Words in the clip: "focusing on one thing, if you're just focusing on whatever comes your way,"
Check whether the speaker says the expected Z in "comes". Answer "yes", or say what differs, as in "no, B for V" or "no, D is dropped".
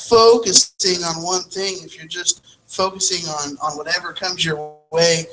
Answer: yes